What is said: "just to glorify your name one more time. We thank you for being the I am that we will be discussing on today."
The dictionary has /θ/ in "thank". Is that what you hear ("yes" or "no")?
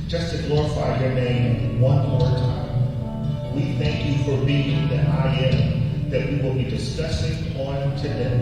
yes